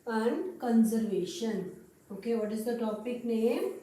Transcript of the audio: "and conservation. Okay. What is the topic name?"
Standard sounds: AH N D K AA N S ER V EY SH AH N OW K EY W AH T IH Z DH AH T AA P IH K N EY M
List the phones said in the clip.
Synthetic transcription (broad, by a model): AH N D K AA N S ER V EY SH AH N OW K EY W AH T IH Z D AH T AA P IH K N EY M